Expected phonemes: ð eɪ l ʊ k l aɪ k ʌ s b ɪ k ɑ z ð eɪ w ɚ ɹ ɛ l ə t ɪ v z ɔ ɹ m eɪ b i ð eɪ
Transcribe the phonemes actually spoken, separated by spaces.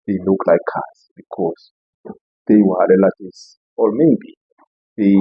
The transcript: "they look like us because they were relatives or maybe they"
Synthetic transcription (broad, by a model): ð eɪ l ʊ k l aɪ k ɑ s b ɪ k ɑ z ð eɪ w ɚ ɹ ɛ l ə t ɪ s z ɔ l m eɪ b i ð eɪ